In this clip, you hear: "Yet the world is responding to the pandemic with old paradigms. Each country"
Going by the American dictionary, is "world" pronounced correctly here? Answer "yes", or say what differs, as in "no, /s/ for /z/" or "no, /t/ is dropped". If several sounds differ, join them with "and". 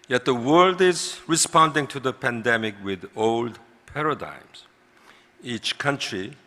yes